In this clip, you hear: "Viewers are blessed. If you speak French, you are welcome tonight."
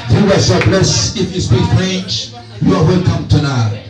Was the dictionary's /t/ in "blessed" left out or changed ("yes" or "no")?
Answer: yes